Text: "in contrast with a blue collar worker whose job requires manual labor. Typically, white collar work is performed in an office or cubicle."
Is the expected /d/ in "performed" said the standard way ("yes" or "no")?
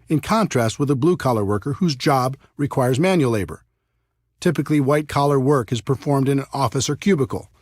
yes